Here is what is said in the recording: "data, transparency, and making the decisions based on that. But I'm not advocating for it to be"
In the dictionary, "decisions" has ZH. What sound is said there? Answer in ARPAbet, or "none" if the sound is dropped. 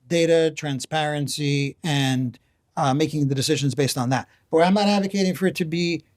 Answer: ZH